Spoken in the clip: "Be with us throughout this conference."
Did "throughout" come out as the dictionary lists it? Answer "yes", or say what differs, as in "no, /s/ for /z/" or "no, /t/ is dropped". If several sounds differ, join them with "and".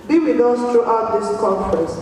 no, /t/ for /θ/